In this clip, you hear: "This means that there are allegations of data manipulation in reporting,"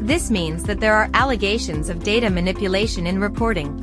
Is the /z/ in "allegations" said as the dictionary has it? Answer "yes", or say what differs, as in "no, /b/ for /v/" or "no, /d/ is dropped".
yes